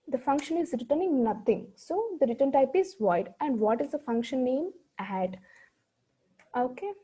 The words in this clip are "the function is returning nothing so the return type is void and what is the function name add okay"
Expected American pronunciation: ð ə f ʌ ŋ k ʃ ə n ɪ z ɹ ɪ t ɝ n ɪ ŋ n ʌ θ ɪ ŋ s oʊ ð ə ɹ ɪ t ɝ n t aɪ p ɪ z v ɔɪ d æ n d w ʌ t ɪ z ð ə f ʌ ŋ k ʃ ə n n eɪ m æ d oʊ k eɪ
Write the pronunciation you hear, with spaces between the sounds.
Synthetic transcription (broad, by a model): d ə f ʌ ŋ k ʃ ə n ɪ z ɹ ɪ t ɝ n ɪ ŋ n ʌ t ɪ ŋ s oʊ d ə ɹ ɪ t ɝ n t aɪ p ɪ z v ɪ d æ n d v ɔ t ɪ z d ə f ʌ ŋ k ʃ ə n n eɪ m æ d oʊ k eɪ